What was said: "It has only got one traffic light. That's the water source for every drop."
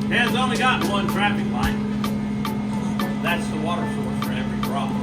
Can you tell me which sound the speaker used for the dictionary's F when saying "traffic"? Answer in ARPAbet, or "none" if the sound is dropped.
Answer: P